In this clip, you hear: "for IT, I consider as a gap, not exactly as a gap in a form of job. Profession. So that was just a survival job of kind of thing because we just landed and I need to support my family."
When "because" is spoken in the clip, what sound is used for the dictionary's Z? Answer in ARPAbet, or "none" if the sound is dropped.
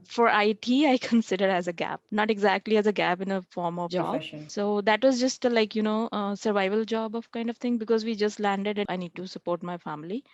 Z